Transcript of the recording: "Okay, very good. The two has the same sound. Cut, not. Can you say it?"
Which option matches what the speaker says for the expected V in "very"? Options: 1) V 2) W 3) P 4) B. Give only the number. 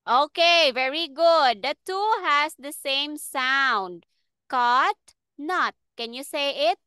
1